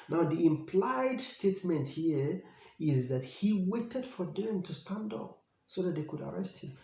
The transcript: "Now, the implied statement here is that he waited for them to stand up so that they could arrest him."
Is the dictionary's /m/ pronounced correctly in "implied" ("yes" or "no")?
yes